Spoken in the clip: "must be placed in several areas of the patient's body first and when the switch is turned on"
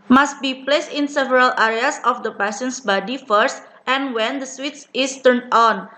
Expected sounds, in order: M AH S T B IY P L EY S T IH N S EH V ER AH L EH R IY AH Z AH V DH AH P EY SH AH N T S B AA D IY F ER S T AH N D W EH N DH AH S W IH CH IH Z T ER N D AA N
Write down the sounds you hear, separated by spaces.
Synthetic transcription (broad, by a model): M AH S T B IY P L EY S T IH N S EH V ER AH L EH R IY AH S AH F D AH P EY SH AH N S B AA D IY F ER S T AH N W EH N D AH S W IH S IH S T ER N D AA N